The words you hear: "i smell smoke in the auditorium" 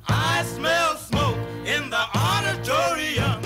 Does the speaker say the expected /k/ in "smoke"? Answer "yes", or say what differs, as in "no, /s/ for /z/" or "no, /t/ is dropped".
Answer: yes